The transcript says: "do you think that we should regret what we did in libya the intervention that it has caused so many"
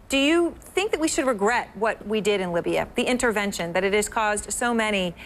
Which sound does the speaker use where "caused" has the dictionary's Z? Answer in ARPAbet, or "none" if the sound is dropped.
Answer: Z